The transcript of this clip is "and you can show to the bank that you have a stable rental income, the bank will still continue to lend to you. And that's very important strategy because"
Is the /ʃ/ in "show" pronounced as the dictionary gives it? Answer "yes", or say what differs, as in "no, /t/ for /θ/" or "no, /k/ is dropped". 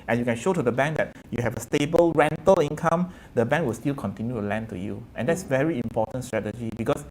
yes